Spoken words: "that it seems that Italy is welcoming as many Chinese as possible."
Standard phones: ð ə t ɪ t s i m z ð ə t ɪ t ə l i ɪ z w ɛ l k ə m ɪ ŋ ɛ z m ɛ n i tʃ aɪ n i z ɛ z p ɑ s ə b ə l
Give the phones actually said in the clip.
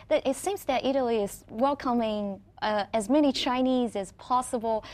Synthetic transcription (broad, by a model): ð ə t ɪ t s i m z ð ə t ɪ t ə l i ɪ z w ɛ l k ə m ɪ ŋ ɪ z m ɛ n i tʃ aɪ n i z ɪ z p ɑ s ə b l